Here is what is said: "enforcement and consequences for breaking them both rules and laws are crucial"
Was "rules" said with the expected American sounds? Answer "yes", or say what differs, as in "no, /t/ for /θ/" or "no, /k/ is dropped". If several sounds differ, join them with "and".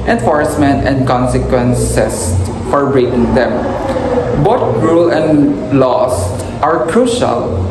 no, /z/ is dropped